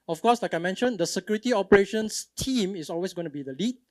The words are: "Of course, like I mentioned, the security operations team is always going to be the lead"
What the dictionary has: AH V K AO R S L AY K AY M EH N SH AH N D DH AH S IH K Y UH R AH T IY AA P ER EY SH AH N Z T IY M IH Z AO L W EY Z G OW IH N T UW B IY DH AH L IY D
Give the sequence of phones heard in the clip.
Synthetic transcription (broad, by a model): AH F K AO S L AY K AY M EH N SH AH N D AH S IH K Y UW R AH T IY AA P ER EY SH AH N S T IY M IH S AO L W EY S G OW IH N T UW B IY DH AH L IY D